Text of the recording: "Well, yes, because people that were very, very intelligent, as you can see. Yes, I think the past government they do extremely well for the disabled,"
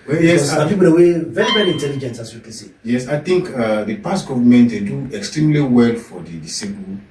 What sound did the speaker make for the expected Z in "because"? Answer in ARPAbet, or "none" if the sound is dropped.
none